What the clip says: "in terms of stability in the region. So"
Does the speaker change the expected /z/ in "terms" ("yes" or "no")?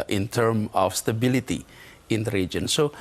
yes